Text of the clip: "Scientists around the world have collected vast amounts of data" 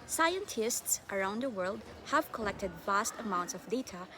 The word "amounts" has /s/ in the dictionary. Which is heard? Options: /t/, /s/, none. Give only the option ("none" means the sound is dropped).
/s/